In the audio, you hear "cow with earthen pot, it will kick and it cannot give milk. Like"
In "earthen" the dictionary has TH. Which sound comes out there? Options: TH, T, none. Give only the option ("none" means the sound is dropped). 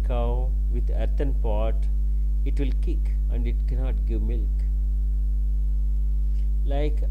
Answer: T